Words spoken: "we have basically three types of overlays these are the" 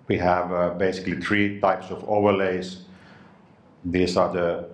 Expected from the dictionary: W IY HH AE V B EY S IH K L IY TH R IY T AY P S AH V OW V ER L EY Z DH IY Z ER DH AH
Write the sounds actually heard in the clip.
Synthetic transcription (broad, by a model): W IY HH AE V B EY S IH K L IY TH R IY T AY P S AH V OW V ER L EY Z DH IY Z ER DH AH